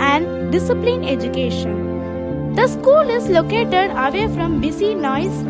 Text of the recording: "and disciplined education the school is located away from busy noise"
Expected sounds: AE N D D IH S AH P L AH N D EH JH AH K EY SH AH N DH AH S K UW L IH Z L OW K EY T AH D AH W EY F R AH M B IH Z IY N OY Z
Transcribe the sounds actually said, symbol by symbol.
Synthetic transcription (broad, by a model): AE N D D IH S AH P L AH N EH JH AH K EY SH AH N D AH S K UW L IH Z L OW K EY T AH D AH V EY F R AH M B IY S IY N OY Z